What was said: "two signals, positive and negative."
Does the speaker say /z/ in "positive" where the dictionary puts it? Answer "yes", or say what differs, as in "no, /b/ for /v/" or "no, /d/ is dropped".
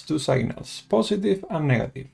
no, /s/ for /z/